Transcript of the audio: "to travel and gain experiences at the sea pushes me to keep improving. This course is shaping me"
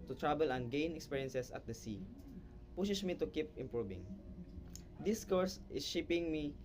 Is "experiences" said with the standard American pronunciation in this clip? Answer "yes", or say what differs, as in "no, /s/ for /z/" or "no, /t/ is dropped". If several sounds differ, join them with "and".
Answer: no, /s/ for /z/